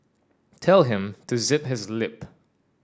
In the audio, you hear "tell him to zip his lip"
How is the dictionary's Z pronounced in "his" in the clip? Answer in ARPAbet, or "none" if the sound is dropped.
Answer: Z